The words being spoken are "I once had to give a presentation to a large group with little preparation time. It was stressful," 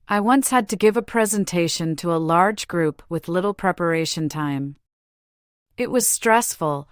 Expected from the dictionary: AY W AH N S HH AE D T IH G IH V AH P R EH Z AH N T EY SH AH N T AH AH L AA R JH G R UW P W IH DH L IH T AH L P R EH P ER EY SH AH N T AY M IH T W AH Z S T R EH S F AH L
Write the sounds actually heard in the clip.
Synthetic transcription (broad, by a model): AY W AH N S HH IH D T IH G IH V AH P R EH Z AH N T EY SH AH N T AH AH L AA R JH G R UW P W IH DH L IH T L P R EH P ER EY SH AH N T AY M IH T W AH Z S T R EH S F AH L